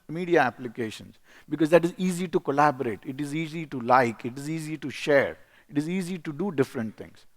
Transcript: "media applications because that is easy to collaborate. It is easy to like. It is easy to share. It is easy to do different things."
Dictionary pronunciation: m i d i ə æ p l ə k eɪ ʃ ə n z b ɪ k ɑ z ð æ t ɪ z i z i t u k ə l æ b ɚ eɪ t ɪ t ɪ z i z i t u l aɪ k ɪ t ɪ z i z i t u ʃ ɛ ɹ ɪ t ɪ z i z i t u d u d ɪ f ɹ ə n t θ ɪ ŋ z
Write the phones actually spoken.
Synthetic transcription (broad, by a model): m i d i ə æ p l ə k eɪ ʃ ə n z b ɪ k ɑ z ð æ t ɪ z i z i t u k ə l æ b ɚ eɪ t ɪ t ɪ z i z i t u l aɪ k ɪ t ɪ z i z i t u ʃ ɛ ɹ ɪ t ɪ z i z i t u d u d ɪ f ɹ ə n t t ɪ ŋ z